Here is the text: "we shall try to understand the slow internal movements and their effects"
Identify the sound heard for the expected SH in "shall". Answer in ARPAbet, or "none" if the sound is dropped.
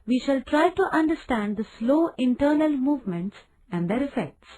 SH